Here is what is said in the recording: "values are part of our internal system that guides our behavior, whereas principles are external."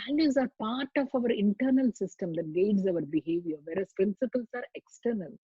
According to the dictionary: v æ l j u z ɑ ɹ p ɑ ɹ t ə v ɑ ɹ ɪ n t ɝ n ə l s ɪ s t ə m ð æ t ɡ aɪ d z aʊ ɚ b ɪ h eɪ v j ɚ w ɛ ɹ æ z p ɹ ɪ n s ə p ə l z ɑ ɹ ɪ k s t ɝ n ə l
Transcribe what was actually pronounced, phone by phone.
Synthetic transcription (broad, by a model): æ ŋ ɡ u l ɑ ɹ p ɑ ɹ t ə v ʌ ɹ ɪ n t ɝ n ə l s ɪ s t ə m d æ t ɡ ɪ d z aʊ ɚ b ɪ h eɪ v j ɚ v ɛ ɹ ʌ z p ɹ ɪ n s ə p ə l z ɑ ɹ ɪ k s t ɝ n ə l